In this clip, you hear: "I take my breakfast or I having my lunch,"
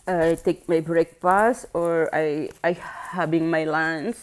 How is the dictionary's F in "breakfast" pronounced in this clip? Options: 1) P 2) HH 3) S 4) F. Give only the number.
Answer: 1